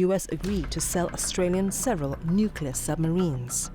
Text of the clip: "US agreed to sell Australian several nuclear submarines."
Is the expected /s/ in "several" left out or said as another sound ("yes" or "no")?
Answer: no